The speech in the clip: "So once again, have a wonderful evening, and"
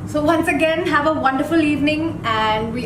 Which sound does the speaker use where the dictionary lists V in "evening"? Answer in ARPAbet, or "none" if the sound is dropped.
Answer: V